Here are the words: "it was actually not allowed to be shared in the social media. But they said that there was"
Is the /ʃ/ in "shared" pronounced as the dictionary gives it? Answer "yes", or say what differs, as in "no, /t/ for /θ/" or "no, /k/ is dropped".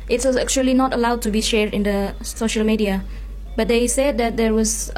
yes